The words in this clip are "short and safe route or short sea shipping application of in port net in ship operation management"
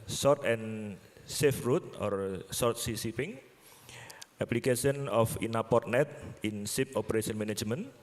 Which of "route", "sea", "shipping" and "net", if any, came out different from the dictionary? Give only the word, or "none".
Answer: shipping